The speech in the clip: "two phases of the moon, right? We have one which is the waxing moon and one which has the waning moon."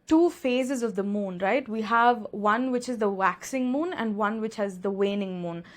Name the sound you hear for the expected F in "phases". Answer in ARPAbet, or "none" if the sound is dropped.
F